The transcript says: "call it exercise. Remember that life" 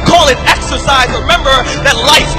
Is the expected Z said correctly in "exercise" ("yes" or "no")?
yes